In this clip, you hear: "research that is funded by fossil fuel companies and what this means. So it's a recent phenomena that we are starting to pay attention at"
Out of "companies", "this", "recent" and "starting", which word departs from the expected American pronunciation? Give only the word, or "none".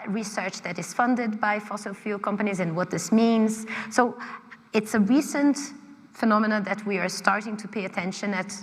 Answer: none